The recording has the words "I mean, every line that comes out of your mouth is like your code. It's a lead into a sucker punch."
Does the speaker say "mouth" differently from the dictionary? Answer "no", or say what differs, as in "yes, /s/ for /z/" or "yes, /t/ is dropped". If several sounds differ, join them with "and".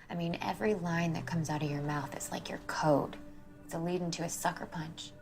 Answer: no